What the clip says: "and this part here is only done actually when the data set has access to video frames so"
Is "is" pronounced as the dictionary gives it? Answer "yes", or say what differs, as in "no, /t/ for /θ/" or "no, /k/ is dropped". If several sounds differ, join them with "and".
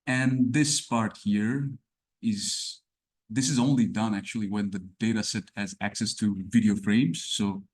yes